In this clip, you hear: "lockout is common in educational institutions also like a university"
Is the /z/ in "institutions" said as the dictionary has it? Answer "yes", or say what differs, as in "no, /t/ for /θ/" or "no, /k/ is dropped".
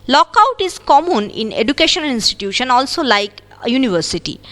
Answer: no, /z/ is dropped